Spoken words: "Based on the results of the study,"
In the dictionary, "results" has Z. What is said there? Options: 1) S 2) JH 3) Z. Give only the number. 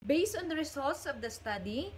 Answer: 1